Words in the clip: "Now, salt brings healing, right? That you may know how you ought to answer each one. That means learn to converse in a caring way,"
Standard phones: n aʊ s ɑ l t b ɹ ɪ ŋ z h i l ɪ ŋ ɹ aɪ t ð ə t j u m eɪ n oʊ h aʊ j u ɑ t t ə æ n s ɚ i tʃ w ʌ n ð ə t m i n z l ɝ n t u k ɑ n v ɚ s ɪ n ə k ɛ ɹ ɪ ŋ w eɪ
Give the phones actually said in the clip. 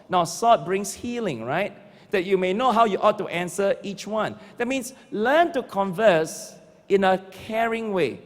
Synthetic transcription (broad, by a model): n aʊ s ɑ t b ɹ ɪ ŋ s h i l ɪ ŋ ɹ aɪ t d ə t j u m eɪ n oʊ h aʊ j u ɑ t t ə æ n s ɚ i tʃ w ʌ n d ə t m i n s l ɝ n t u k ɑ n v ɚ s ɪ n ə k ɛ ɹ ɪ ŋ w eɪ